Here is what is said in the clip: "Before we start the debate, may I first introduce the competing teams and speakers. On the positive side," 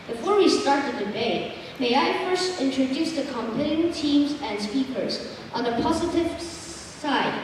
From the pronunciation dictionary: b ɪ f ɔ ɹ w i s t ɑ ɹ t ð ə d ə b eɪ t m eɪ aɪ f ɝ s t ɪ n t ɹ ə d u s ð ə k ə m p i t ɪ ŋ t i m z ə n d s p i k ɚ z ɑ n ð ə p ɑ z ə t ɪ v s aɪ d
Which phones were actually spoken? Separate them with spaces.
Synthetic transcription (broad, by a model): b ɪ f ɔ ɹ w i s t ɑ ɹ t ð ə d ə b eɪ t m eɪ aɪ f ɝ s t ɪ n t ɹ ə d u s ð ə k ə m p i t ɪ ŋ t i m z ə n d s p i k ɚ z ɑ n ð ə p ɑ z ə t ɪ v s aɪ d